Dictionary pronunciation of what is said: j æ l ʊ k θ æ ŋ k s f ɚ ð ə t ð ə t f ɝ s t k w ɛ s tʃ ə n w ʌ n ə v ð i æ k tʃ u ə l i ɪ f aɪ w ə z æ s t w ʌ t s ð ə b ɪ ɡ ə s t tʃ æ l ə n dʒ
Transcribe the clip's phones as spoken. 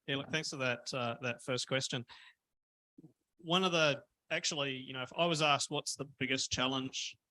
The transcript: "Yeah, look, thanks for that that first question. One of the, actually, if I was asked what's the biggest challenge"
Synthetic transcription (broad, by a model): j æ l ʊ k θ æ ŋ k s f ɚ ð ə t ð ə t f ɝ s k w ɛ s tʃ ə n w ʌ n ə v ð i æ k tʃ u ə n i ɪ f aɪ w ə z æ s t w ʌ t s ð ə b ɪ ɡ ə s tʃ æ l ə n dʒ